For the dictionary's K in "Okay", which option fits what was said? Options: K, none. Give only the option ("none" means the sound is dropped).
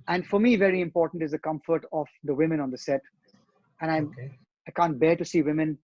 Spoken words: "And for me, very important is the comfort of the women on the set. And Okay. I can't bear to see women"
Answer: none